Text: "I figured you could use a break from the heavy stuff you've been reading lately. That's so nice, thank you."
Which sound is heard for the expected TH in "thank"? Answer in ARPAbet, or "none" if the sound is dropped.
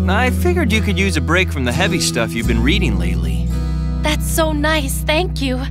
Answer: TH